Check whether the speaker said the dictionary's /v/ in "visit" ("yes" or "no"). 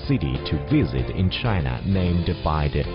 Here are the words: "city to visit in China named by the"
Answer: yes